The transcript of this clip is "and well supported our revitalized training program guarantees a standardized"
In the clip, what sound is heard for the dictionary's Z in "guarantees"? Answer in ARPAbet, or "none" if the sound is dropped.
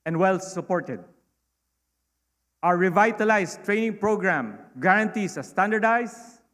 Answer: S